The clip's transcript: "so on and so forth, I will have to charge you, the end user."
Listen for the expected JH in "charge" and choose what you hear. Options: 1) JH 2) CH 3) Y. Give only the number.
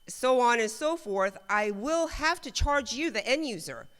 1